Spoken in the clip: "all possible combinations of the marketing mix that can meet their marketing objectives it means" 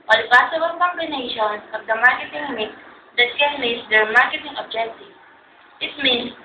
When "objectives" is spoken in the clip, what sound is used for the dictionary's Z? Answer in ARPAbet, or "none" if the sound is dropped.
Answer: none